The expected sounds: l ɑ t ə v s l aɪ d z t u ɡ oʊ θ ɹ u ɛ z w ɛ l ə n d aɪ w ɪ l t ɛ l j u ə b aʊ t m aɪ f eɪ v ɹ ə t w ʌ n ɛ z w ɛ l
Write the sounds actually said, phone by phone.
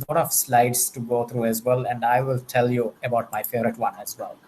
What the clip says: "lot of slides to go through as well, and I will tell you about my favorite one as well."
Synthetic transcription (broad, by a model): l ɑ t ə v s l aɪ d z t u ɡ oʊ t ɹ u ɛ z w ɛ l ə n d aɪ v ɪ l t ɛ l j u ə b aʊ t m aɪ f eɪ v ɹ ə t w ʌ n ɛ z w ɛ l